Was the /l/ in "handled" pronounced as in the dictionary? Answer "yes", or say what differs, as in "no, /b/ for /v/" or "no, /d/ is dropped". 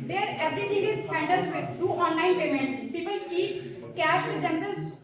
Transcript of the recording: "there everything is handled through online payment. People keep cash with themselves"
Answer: no, /l/ is dropped